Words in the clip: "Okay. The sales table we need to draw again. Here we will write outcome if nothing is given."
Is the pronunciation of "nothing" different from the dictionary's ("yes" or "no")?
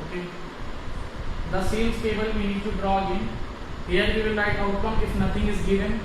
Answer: yes